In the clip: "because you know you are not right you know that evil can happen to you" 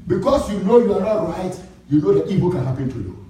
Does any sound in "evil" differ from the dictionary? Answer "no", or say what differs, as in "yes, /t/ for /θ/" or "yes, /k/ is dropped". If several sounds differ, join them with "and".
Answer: yes, /b/ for /v/